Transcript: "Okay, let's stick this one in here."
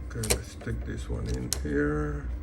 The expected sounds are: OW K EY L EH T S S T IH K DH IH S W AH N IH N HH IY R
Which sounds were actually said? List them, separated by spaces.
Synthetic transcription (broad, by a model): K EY N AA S S T IH K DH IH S W AH N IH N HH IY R